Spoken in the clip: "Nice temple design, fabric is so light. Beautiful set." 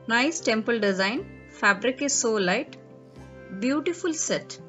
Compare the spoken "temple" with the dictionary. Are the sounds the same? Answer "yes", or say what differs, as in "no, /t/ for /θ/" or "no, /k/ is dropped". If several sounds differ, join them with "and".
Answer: yes